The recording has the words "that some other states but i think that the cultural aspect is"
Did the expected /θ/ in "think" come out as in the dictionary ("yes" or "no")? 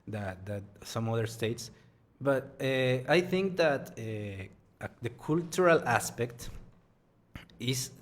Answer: yes